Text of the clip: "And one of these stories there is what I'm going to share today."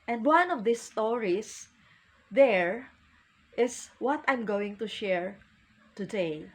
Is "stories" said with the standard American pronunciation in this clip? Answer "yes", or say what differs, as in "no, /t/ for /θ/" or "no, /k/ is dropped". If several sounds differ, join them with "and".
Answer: no, /s/ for /z/